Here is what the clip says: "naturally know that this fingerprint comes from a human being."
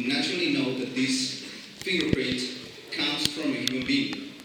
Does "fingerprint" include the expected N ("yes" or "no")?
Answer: no